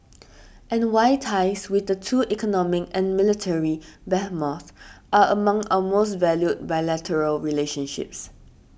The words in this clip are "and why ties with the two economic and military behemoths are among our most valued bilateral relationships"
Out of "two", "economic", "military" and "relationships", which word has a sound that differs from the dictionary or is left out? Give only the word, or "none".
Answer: none